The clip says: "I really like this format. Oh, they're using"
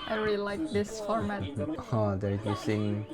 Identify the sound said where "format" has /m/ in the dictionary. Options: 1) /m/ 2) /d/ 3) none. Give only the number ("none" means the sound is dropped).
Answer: 1